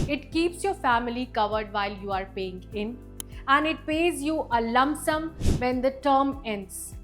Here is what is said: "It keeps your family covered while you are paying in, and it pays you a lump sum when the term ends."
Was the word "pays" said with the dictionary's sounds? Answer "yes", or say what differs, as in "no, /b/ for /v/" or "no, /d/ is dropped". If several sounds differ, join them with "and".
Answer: yes